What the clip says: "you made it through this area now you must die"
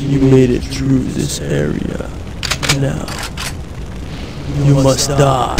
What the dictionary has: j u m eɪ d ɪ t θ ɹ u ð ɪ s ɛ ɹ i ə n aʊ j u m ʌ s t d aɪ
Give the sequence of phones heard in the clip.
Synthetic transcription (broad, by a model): j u m eɪ d ɪ t θ ɹ u ð ɪ s ɛ ɹ i ə n aʊ j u m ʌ s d aɪ